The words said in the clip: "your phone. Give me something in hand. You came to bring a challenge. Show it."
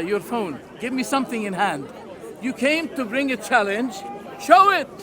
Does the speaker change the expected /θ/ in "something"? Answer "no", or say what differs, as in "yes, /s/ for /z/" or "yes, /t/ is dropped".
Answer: no